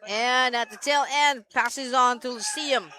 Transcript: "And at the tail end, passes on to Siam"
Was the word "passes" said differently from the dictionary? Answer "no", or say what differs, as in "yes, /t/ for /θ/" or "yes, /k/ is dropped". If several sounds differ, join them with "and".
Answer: no